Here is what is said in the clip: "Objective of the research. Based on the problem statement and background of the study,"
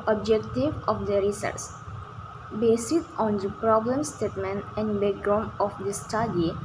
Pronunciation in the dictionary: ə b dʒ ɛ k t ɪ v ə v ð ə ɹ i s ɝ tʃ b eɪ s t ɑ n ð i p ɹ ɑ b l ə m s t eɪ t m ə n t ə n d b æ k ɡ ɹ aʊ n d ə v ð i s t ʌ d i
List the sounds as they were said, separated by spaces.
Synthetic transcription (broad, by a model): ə b dʒ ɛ k t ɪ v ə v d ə ɹ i s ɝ s b eɪ s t ɑ n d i p ɹ ɑ b l ə m s t eɪ t m ə n t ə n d b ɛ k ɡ ɹ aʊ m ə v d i s t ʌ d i